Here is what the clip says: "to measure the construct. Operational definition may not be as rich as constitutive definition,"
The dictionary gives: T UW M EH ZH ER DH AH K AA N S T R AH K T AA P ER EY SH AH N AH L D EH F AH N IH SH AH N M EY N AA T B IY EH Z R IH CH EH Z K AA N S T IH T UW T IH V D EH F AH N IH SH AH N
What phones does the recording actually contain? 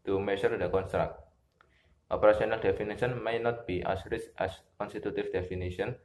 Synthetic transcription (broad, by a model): T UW M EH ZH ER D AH K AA N S T R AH K T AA P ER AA S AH N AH L D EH F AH N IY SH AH N M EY N AA T B IY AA S R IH S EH S K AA N S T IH T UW T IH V D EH F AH N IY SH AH N